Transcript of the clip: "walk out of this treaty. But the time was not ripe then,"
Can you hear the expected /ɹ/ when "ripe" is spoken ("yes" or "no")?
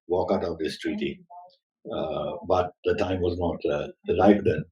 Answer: no